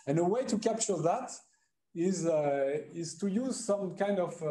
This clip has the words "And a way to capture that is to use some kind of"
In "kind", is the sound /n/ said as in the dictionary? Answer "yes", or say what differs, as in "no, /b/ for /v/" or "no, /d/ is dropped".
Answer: yes